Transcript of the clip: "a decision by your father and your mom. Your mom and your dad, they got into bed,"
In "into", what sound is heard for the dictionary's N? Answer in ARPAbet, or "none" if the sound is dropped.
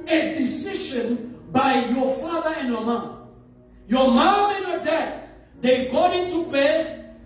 N